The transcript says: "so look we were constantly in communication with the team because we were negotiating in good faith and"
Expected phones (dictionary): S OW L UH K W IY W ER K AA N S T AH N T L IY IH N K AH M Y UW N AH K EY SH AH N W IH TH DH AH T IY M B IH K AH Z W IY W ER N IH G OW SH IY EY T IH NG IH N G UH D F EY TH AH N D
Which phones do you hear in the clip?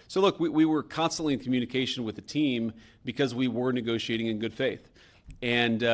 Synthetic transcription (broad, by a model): S OW L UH K W IY W ER K AA N S T AH N T L IY IH N K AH M Y UW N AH K EY SH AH N W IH DH AH T IY M B IH K AH Z W IY W ER N IH G OW SH IY EY T IH NG IH N G UH D F EY TH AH N